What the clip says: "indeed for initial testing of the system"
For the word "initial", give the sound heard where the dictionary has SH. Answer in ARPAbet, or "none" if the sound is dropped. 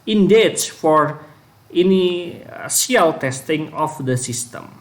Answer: S